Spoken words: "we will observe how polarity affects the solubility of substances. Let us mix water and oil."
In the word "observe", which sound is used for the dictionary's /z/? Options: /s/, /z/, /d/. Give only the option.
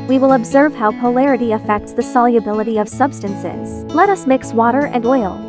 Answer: /z/